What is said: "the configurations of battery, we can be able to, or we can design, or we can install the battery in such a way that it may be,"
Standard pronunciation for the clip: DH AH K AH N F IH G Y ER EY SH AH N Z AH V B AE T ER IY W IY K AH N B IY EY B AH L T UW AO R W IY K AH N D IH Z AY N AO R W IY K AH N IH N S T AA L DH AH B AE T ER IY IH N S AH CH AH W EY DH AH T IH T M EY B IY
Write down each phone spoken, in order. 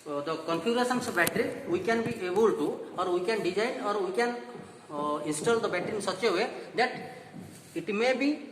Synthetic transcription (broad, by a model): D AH K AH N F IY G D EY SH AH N S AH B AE T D IY W IY K AH N B IY EY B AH L T UW AO R W IY K AH N D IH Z AY AO R W IY K AH N IH N S T AA L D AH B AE T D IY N S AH CH AH W EY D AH T IH T M EY B IY